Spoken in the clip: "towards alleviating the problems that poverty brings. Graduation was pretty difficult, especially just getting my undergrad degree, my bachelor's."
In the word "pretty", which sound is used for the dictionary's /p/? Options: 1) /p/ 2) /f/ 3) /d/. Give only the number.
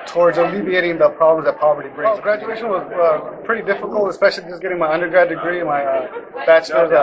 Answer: 1